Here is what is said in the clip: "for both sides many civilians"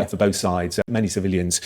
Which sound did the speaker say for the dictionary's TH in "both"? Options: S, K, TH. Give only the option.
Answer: TH